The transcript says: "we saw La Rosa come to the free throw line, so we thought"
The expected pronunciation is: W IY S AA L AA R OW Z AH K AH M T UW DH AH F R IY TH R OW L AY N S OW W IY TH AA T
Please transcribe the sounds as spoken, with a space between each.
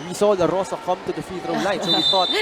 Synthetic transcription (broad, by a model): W IY S AA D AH R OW S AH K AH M T UW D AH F IY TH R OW L AY N S OW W IY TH AA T